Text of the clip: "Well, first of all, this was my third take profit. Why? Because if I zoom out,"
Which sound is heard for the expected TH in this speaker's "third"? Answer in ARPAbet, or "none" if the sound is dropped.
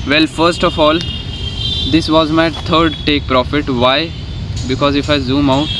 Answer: T